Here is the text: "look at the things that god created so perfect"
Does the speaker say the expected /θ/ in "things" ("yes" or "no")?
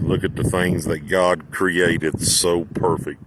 yes